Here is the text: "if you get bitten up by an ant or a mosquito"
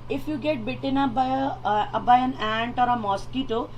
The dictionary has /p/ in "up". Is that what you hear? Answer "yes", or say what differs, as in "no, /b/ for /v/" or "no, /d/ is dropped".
no, /b/ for /p/